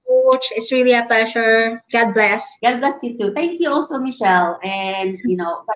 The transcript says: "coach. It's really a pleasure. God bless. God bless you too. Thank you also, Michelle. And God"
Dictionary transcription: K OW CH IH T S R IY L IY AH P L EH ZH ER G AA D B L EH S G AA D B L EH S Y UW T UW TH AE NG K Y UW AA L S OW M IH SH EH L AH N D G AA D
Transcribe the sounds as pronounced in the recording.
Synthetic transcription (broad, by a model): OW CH IH T S R IY L IY AH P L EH SH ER G AA D B L EH S G AA D B L EH S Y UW T UW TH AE NG K Y UW AA L S OW M IH SH EH L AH N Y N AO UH